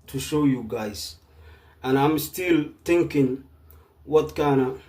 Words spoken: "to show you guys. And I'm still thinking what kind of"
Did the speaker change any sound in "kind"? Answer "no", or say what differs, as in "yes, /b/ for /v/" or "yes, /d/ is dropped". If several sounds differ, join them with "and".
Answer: yes, /d/ is dropped